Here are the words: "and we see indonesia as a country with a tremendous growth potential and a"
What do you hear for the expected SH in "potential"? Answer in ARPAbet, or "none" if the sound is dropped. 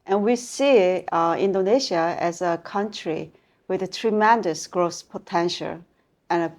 SH